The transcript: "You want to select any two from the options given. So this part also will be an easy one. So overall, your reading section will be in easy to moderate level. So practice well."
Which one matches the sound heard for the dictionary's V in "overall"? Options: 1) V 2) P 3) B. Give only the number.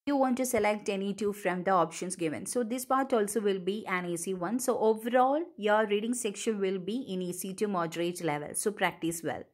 1